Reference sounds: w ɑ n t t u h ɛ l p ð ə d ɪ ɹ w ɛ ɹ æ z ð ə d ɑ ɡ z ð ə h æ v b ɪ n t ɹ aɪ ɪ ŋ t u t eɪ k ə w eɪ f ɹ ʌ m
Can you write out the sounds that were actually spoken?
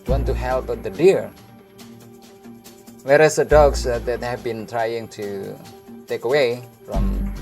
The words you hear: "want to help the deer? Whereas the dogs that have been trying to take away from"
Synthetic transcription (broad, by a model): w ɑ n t t u h ɛ l p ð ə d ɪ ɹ w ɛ ɹ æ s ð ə d ɑ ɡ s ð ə h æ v b ɪ n t ɹ aɪ ɪ ŋ t u t eɪ k ə w eɪ f ɹ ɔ m